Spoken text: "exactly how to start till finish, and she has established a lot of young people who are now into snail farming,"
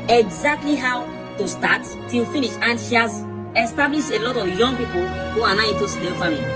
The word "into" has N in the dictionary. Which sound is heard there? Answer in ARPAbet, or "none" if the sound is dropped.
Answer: none